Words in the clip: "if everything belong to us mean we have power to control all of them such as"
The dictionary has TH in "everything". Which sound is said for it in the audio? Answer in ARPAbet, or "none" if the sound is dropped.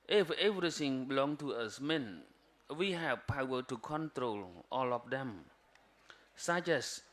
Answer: S